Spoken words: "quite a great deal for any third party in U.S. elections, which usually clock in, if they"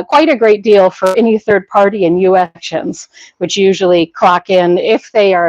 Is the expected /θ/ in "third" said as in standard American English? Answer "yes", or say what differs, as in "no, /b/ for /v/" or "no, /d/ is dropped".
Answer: yes